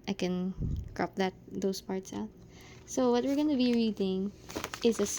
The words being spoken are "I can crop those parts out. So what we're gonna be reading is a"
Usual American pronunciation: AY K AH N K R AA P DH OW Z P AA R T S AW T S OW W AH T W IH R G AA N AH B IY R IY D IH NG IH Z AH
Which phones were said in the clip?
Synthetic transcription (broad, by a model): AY K AH N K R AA P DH OW S P AA R T S AW T S OW W AH T W IH R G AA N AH B IY R IY D IH NG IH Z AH